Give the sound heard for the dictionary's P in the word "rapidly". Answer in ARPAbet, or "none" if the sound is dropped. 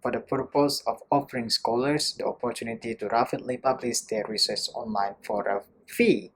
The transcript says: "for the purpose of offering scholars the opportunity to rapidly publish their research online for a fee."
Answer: F